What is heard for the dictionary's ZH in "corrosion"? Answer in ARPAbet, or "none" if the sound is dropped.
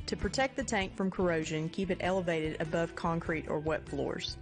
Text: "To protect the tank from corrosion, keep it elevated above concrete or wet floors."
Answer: ZH